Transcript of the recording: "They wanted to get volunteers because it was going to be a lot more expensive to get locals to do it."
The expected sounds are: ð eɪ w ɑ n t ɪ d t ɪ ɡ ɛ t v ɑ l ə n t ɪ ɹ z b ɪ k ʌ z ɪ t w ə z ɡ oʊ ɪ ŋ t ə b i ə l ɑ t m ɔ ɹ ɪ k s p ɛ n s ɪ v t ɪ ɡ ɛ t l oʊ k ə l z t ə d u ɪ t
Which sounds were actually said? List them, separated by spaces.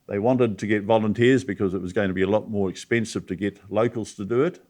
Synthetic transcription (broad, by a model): ð eɪ w ɑ n t ɪ d t ɪ ɡ ɛ t v ɑ l ə n t ɪ ɹ z b ɪ k ʌ z ɪ t w ə z ɡ oʊ ɪ ŋ t ə b i ə l ɑ t m ɔ ɹ ɪ k s p ɛ n s ɪ v t ɪ ɡ ɛ t l oʊ k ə l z t ə d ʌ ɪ t